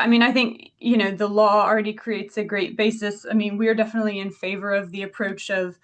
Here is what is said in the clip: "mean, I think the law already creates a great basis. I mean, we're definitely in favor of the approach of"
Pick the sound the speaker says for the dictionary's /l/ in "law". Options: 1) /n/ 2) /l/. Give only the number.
1